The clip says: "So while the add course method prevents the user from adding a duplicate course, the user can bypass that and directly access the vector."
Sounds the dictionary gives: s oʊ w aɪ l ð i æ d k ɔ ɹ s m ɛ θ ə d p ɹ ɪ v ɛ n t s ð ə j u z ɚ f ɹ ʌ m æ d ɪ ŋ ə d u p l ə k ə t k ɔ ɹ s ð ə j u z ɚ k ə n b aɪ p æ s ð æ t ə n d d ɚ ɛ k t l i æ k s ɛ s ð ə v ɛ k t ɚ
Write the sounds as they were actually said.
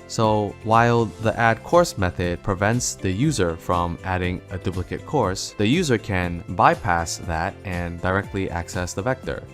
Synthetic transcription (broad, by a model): s oʊ w aɪ l ð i æ d k ɔ ɹ s m ɛ θ ə d p ɹ ɪ v ɛ n t s ð ə j u z ɚ f ɹ ʌ m æ d ɪ ŋ ə d u p l ə k ə t k ɔ ɹ s ð ə j u z ɚ k ə n b aɪ p æ s ð æ t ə n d d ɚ ɛ k t l i æ k s ɛ s ð ə v ɛ k t ɚ